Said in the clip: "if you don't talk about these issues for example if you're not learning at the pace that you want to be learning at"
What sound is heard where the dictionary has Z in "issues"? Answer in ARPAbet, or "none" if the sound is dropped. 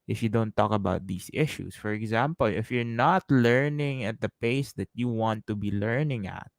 S